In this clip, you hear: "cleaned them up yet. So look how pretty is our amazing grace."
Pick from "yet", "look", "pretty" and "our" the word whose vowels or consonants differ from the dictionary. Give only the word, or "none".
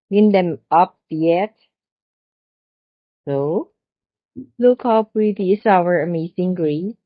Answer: pretty